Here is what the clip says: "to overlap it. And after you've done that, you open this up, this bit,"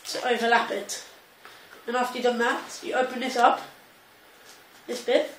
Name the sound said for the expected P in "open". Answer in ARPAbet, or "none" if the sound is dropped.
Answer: P